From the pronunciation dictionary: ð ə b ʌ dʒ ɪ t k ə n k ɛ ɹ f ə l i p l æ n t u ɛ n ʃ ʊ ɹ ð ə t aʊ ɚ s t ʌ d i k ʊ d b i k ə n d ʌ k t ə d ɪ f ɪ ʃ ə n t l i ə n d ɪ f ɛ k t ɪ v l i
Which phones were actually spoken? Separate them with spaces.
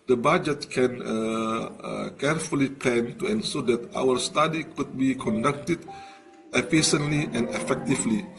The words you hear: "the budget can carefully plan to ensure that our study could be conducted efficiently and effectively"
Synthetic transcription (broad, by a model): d ə b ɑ dʒ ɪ t k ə n k ɛ ɹ f ə l i p l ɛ n t u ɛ n s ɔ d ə t aʊ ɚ s t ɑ d i k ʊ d b i k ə n d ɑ k t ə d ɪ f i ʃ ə n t l i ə n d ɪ f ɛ k t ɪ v l i